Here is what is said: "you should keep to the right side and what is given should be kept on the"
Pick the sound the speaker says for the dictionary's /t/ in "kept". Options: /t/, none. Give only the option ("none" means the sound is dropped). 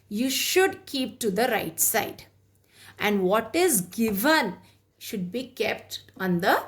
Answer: /t/